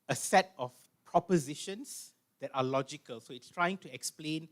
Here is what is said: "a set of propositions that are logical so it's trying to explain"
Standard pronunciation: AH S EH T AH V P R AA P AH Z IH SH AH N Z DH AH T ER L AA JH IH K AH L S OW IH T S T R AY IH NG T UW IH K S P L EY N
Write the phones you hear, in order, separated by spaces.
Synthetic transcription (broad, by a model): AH S EH T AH F P R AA P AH Z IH SH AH N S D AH T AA L AA JH IH K AH L S OW IH T S T R AY IH NG T UW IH K S P L EY N